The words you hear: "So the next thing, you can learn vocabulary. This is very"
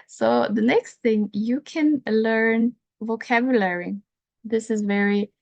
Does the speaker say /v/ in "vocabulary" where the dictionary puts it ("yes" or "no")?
yes